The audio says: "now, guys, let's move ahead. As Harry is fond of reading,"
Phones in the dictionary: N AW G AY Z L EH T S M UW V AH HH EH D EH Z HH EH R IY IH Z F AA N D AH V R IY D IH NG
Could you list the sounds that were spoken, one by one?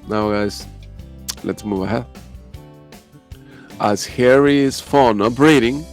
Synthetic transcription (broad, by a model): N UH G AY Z L EH T S M UW V AH HH EH D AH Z HH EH R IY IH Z F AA N AH P R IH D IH NG